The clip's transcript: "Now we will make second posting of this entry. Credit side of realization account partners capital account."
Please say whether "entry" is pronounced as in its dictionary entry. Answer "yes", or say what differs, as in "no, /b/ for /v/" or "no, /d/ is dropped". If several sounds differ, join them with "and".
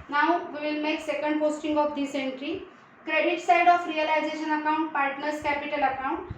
yes